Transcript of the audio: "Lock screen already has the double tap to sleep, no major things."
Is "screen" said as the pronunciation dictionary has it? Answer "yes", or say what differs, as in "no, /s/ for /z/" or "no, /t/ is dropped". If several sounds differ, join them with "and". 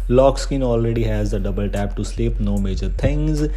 no, /ɹ/ is dropped